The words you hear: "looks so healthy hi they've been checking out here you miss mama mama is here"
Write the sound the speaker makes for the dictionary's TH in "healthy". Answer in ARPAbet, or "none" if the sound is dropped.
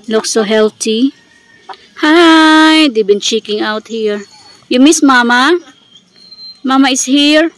T